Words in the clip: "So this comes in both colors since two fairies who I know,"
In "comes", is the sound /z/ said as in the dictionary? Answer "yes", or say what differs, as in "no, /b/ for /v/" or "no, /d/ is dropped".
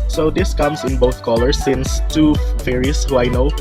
no, /s/ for /z/